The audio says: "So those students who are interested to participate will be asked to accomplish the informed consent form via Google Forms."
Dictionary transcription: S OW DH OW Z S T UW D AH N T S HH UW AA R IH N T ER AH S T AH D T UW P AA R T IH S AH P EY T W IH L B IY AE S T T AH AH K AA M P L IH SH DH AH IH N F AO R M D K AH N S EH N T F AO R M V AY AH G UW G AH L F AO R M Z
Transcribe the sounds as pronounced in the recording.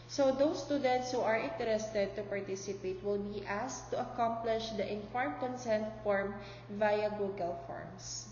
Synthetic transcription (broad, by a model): S OW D OW S T UW D AH N T S HH UW AA R IH N T ER AH S T AH D T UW P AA R T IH S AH P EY T W IH L B IY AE S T T AH AH K AA M P L IH SH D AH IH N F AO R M K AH N S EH N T F AO R M V AY AH G UW G AH L F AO R M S